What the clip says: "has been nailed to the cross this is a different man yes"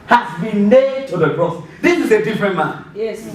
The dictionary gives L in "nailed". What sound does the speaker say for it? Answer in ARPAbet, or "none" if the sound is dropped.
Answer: none